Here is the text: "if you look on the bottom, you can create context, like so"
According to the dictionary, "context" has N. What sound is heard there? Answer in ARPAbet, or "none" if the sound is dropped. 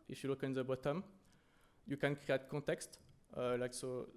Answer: none